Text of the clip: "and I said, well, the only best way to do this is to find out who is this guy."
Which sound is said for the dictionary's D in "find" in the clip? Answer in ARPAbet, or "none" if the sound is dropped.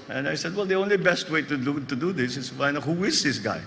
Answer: none